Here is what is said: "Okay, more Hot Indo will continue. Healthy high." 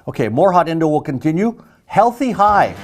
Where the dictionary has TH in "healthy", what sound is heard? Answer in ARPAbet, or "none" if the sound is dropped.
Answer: TH